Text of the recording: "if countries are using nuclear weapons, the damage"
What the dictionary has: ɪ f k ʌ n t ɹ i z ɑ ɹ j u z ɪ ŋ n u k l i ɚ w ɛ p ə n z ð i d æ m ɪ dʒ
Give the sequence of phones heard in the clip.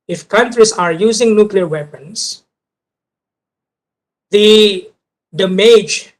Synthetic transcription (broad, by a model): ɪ f k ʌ n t ɹ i s ɑ ɹ j u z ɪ ŋ n u k l i ɚ w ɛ p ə n s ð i d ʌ m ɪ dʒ